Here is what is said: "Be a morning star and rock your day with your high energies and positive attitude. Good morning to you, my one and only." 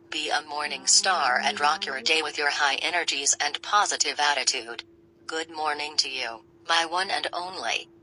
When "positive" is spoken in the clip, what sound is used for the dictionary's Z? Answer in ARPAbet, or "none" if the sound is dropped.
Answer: Z